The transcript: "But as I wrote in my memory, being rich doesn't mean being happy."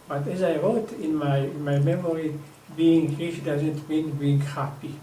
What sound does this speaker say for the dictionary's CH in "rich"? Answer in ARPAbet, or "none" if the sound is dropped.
SH